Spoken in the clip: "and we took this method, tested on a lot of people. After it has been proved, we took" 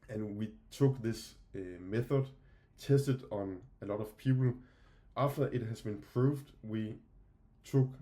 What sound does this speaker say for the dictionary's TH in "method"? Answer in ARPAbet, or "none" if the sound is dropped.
TH